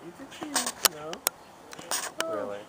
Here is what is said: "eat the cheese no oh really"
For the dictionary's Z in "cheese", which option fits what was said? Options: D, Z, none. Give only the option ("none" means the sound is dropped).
none